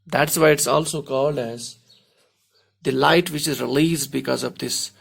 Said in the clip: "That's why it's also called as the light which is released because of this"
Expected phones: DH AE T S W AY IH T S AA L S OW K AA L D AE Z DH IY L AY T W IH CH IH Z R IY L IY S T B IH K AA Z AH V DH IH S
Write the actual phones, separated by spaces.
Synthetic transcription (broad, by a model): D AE T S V AY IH T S AA L S OW K AA L D AE Z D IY L AY T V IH CH IH Z R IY L IY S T B IH K AA Z AH V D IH S